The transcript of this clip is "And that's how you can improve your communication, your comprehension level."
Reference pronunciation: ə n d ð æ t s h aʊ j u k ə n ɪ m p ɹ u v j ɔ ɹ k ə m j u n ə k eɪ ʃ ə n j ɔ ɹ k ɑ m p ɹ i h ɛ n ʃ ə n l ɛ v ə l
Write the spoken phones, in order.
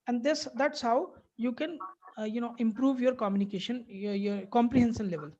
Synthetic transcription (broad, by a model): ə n d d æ t s h aʊ j u k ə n ɪ m p ɹ u v j ɔ ɹ k ə m j u n ə k eɪ ʃ ə n j ɔ ɹ k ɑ m p ɹ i h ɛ n s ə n l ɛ v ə l